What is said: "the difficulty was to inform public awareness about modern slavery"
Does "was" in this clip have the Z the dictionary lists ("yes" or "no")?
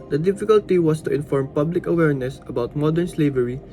no